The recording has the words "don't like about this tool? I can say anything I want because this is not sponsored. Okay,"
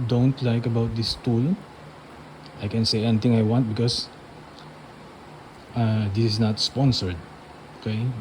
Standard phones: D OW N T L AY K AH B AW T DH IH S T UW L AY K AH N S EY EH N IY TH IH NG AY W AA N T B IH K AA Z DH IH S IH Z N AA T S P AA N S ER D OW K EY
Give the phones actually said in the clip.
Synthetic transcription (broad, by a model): D OW N T L AY K AH B AW T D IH S T UW L AY K AH N S EY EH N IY T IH NG AY W AA N T B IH K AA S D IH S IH S N AA T S P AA N S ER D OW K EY